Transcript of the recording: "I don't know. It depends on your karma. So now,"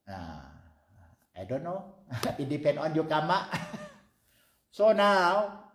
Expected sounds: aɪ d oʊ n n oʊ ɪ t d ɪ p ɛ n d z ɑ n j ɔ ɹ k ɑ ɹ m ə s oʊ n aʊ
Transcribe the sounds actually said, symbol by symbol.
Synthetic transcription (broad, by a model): aɪ d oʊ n n oʊ ɪ t d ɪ p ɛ n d ɑ n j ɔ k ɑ m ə s oʊ n aʊ